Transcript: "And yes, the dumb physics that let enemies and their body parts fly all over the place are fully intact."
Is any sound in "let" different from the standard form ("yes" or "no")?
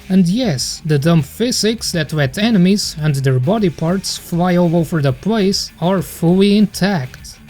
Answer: yes